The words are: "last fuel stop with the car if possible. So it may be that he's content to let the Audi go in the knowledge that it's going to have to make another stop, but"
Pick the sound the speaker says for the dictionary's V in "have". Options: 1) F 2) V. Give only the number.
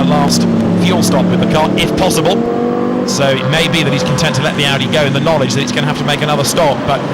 1